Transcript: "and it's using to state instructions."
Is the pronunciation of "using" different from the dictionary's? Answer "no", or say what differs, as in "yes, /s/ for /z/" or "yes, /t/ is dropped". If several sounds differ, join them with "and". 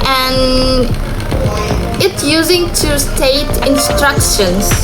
no